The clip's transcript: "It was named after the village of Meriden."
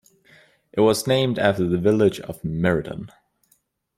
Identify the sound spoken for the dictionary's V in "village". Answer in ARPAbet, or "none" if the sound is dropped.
V